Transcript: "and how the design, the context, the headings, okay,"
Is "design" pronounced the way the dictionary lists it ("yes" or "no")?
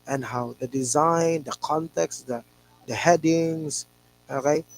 yes